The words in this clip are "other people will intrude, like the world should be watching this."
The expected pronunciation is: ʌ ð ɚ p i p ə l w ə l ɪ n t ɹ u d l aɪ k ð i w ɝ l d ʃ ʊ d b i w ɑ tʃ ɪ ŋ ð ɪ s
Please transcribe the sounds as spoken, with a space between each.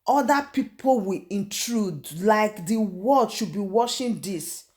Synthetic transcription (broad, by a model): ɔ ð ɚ p i p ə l w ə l ɪ n t ɹ u d l aɪ k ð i w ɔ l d ʃ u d b i w ɑ ʃ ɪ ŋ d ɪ s